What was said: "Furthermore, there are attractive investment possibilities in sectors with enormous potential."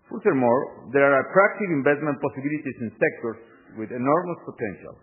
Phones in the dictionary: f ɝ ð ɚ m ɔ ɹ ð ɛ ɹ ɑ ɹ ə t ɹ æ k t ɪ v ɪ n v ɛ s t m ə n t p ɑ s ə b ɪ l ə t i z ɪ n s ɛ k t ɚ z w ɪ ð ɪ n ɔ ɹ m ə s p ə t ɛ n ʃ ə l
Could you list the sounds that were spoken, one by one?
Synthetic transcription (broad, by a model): f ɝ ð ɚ m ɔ ɹ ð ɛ ɹ ɑ ɹ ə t ɹ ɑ k t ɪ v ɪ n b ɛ s t m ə n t p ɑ s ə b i l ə t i s ɪ n s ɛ k t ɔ s w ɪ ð ɪ n ɔ ɹ m ə s p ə t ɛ n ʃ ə l